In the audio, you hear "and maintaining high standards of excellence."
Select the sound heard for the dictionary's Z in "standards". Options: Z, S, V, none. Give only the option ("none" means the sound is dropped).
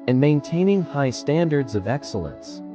Z